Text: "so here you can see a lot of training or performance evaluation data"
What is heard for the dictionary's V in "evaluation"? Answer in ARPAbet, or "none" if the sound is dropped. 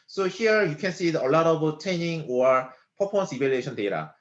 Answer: B